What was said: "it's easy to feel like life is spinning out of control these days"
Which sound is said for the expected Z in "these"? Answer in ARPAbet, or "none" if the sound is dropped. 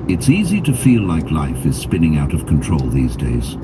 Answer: Z